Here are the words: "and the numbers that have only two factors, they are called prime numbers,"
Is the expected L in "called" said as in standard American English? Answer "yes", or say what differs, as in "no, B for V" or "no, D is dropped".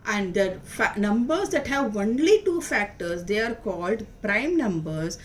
yes